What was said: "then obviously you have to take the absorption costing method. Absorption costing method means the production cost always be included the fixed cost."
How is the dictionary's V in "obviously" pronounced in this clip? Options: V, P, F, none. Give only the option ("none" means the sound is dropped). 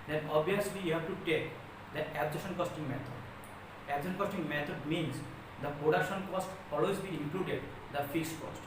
none